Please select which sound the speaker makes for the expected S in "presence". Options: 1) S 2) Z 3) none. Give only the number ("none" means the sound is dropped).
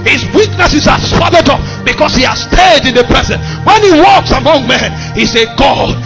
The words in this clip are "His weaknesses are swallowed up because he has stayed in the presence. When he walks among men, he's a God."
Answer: 3